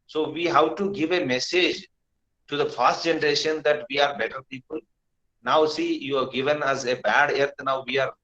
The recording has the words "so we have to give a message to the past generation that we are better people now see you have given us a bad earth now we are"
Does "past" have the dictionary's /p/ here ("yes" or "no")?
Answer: no